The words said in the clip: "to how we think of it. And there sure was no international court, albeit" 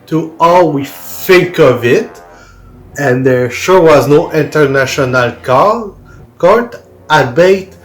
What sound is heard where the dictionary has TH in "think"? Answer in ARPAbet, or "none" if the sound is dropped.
F